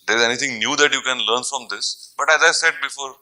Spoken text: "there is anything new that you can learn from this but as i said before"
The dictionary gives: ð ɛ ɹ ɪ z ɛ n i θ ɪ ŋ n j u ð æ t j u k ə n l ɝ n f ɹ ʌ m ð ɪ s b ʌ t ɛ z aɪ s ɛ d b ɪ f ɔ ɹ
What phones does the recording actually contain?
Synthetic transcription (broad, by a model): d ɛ ɹ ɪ z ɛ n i t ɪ ŋ n j u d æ t j u k ə n l ɝ n f ɹ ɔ m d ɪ s b ʌ t ɛ z aɪ s ɛ d b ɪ f ɔ ɹ